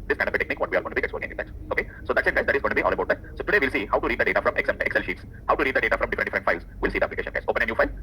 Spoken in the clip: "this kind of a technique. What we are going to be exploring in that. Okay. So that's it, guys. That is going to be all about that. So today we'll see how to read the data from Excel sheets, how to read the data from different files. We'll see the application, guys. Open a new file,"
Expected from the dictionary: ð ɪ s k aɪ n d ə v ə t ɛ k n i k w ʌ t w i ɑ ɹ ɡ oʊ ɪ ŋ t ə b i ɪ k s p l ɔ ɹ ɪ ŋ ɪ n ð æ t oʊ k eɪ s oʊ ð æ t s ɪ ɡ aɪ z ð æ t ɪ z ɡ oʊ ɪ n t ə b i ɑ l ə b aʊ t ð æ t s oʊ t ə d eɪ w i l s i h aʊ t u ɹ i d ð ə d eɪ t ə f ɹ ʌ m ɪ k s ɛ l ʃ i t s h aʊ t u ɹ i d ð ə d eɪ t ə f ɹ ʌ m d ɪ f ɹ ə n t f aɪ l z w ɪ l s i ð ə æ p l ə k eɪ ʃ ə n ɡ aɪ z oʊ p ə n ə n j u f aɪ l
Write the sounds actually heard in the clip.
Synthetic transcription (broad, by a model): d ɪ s k aɪ n d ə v ə t ɛ k n i k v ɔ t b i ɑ l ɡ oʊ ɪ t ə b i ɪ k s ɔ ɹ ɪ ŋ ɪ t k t oʊ k eɪ s oʊ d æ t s ɪ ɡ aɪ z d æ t ɪ z ɡ oʊ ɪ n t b i ɑ l ə b aʊ t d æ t s oʊ t ə d eɪ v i l s i h aʊ t u ɹ i d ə d eɪ t ə f ɹ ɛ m ɪ k s ɛ l ʃ i t s h aʊ t u ɹ i d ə d eɪ t ə f ɹ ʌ m d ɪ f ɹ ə n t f aɪ l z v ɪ l s i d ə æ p l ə k eɪ ʃ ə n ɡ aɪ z oʊ p ə n ə n j u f aɪ l